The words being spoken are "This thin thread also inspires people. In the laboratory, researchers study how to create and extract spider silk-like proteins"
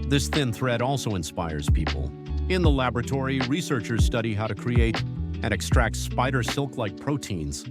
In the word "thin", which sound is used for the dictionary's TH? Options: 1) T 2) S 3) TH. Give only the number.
3